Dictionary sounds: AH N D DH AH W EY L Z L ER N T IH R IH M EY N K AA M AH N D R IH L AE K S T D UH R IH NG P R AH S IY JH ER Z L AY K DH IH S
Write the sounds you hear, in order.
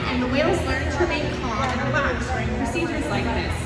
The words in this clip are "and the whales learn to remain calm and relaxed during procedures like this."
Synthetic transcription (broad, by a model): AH N DH AH W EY L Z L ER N T IH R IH IH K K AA AH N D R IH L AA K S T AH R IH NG P R AH S IY JH ER Z L AY K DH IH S